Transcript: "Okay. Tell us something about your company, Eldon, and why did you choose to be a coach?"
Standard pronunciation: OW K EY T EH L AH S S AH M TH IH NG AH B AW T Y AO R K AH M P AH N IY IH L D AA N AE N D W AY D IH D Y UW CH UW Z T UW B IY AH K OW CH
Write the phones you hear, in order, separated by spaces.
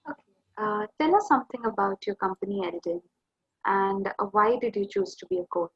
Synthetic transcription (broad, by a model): OW K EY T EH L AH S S AH M T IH NG AH B AW T Y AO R K AH M P AH N IY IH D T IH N AE N D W AY D IH D Y UW CH UW Z T UW B IY AH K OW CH